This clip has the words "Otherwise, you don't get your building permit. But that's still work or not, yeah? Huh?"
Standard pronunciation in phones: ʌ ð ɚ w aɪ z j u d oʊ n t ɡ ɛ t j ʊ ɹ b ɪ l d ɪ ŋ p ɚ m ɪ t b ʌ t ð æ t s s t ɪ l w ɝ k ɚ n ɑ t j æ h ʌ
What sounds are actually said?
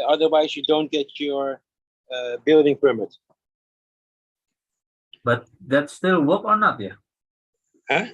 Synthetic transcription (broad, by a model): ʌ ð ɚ w aɪ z j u d oʊ n t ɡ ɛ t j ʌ ɹ b ɪ l d ɪ ŋ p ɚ m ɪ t b ʌ t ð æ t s s t ɪ l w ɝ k ɚ n ɑ t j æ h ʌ